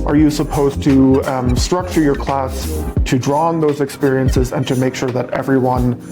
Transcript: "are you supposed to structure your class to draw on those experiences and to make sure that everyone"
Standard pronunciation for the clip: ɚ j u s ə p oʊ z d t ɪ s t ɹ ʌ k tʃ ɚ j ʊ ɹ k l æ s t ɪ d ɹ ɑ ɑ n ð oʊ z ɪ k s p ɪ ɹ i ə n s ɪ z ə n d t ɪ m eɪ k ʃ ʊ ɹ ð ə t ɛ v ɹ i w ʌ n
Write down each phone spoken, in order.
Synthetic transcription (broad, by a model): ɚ j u s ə p oʊ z t ɪ s t ɹ ʌ k tʃ ɚ j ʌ ɹ k l æ s t ɪ d ɹ ɑ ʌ n ð oʊ z ɪ k s p ɪ ɹ i ə n s ɪ z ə n t ɪ m eɪ k ʃ ʊ ɹ ð ə t ɛ v ɹ i w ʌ n